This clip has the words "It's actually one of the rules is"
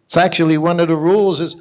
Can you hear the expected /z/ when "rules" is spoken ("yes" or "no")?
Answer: yes